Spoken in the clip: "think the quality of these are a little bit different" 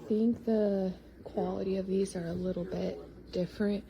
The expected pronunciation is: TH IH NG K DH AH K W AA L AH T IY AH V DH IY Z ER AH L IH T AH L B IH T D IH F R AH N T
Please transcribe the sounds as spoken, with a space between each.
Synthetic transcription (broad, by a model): TH IH NG K DH AH K W AA L AH T IY AH V DH IY Z ER AH L IH T L B IH T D IH F R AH N T